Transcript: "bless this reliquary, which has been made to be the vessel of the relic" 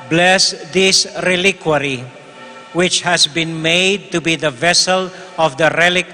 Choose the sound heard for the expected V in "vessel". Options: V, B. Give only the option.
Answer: V